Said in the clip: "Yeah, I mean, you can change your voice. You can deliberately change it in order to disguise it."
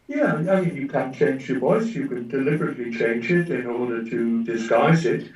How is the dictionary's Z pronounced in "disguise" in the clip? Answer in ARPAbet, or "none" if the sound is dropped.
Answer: Z